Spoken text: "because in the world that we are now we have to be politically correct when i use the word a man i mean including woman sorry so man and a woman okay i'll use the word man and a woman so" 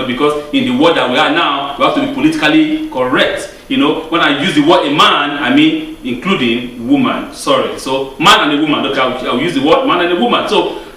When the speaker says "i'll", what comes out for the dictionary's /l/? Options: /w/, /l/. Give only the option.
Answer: /w/